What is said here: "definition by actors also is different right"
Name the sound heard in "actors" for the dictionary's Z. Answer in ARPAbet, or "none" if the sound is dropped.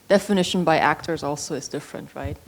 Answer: Z